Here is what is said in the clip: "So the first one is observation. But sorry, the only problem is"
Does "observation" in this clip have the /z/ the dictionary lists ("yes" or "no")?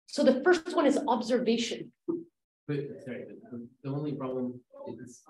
yes